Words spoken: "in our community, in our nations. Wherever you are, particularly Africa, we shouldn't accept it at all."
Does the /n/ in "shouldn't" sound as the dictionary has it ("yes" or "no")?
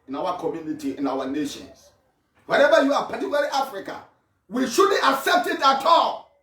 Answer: no